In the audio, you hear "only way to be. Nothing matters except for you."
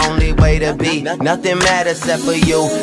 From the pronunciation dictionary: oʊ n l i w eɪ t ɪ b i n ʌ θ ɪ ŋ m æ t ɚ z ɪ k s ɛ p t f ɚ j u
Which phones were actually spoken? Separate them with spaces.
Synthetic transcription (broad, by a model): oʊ n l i w eɪ t ɪ b i n ʌ θ ɪ ŋ m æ t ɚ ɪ s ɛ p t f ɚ j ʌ